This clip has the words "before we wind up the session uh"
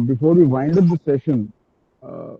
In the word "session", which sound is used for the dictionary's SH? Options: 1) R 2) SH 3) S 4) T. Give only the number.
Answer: 2